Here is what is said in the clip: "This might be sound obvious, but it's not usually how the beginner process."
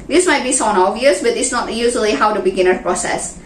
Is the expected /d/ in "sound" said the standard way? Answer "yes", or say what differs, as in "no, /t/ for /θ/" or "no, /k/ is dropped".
no, /d/ is dropped